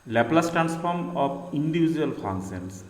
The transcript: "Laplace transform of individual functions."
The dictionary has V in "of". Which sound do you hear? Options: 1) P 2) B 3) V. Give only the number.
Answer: 1